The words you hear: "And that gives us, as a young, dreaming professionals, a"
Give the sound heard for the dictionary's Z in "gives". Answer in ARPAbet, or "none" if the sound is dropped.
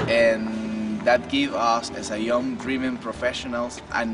none